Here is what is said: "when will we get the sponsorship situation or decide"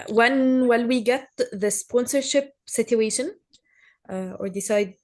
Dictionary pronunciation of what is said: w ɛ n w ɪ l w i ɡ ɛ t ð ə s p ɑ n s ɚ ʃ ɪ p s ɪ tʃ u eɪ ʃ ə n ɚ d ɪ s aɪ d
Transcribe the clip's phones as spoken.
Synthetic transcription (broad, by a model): w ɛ n w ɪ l w i ɡ ɛ t ð ə s p ɑ n s ɚ ʃ ɪ p s ɪ tʃ u eɪ ʃ ə n ɚ d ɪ s aɪ d